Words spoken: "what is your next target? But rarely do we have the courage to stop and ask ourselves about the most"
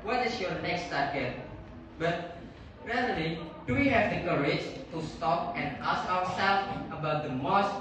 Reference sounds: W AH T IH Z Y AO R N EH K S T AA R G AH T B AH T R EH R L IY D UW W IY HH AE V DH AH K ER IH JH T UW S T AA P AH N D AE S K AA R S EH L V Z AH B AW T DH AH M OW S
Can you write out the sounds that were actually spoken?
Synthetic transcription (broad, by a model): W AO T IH S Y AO N EH K S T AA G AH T B AH T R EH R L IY D UW W IY HH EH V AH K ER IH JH T UW S T AA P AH N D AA S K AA W S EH L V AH B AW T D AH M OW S